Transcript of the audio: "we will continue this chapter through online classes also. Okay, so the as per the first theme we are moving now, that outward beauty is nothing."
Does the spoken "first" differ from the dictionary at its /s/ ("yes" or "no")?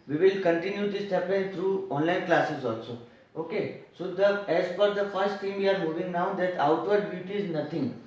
no